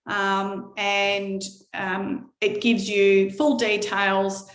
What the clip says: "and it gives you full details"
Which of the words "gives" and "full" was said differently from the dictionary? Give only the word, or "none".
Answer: none